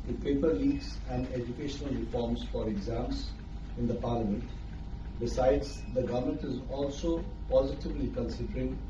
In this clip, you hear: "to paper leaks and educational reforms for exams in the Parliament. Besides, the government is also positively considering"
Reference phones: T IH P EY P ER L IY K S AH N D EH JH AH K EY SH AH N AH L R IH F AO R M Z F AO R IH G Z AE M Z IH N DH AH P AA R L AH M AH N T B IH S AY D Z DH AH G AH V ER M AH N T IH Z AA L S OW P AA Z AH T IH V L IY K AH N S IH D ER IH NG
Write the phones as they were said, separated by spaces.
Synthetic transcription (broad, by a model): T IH P EY P ER L IY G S AH N D EH JH AH K EY SH AH N AH L R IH F AO R M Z F AO R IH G Z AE M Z IH N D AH P AA R L AH M AH N T B IH S AY D Z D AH G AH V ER M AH N T IH Z AA L S OW P AA Z AH T IH V L IY K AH N S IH D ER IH NG